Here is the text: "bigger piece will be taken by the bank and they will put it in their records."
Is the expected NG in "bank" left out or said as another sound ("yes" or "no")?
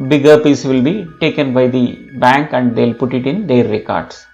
no